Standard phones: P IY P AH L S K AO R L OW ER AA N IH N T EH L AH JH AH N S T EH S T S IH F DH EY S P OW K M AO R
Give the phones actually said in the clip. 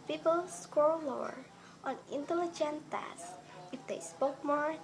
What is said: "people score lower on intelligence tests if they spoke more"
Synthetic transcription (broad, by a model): P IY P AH L S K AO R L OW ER AA N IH N T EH L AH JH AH N T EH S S IH F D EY S P OW K M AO R